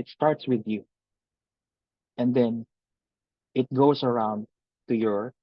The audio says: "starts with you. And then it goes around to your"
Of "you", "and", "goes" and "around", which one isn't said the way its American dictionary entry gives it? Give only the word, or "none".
goes